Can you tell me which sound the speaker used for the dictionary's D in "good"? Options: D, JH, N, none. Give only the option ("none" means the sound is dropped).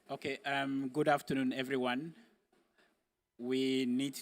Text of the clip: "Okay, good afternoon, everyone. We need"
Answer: D